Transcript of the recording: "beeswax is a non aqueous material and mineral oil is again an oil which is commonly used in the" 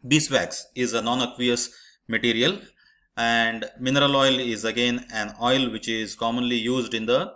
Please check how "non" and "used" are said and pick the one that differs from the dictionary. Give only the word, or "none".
none